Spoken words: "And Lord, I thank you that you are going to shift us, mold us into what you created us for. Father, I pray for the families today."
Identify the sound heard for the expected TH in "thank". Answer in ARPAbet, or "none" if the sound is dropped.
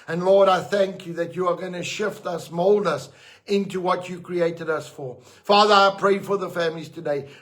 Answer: TH